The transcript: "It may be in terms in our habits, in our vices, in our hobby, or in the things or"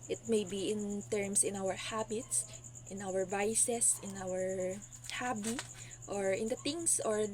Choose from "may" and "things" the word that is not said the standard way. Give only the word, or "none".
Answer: things